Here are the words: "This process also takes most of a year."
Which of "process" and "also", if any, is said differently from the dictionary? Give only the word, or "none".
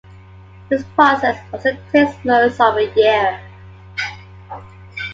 also